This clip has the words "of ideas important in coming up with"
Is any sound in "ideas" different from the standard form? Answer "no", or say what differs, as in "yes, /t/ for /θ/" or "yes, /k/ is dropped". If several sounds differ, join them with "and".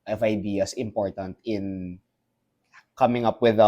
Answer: yes, /s/ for /z/